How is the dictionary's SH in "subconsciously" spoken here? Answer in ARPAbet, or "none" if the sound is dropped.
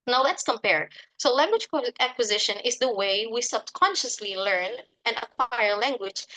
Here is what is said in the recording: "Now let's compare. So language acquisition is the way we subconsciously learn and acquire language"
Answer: SH